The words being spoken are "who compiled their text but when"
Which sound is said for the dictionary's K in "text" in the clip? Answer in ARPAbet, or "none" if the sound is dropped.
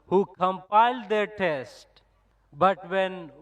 none